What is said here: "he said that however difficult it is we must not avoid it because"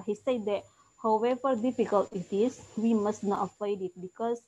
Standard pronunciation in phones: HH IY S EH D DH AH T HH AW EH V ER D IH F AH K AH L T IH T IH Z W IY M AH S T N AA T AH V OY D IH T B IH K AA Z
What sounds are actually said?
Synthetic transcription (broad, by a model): HH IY S EH D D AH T HH AW EH V ER D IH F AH K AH L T IH T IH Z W IY M AH S T N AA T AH P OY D IH T B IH K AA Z